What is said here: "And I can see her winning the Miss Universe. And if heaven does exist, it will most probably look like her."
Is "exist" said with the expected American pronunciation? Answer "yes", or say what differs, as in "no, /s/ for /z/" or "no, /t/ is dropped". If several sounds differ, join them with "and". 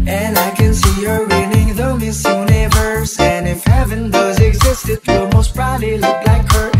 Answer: yes